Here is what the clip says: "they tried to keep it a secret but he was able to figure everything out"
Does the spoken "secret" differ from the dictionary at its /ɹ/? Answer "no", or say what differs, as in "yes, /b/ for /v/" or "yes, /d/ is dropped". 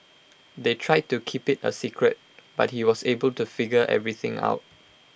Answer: no